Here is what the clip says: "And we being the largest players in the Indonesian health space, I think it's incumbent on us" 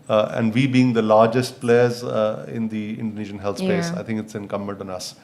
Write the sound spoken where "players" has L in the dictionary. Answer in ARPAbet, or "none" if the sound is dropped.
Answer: L